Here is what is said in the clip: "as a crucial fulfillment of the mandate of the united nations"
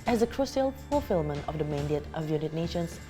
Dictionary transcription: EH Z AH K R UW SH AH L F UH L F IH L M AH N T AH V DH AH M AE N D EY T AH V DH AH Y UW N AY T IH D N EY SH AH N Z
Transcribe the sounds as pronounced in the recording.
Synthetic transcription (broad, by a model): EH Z AH K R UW S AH L P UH F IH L M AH N AH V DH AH M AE N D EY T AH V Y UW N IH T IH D N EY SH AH N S